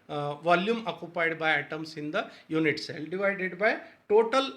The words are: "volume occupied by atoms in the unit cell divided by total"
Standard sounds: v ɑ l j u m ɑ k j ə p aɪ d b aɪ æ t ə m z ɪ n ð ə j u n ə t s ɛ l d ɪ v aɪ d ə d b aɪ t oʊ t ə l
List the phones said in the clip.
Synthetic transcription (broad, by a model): v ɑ l j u m ɑ k j ə p aɪ d b aɪ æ t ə m s ɪ n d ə j u n ə t s ɛ l d ɪ v aɪ d ə d b aɪ t oʊ t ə l